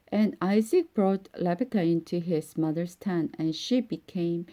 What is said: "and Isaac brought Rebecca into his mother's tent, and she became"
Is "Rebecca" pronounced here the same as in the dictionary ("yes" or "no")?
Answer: no